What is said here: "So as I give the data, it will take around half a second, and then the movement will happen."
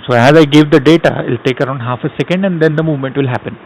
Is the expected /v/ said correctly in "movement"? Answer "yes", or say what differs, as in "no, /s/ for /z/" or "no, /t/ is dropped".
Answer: yes